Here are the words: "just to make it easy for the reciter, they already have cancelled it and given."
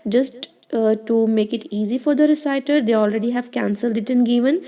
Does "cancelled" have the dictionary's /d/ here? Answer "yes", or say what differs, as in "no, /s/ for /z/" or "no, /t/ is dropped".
yes